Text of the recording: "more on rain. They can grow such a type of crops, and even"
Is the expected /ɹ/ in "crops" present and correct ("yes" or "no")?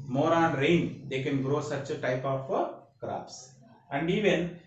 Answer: yes